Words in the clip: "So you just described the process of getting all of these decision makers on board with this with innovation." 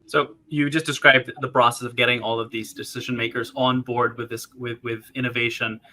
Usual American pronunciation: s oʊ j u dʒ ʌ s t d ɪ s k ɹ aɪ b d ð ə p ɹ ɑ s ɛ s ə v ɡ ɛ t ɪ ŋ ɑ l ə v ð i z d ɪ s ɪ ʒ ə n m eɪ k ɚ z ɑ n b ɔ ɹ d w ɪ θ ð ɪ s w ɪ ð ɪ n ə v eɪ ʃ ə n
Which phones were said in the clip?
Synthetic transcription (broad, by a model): s oʊ j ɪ dʒ ʌ s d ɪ s k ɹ aɪ b ð ə p ɹ ɑ s ɛ s ə v ɡ ɛ t ɪ ŋ ɑ l ə v ð i z d ɪ s ɪ ʒ ə n m eɪ k ɚ z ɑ n b ɔ ɹ d w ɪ ð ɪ s w ɪ ð ɪ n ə v eɪ ʃ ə n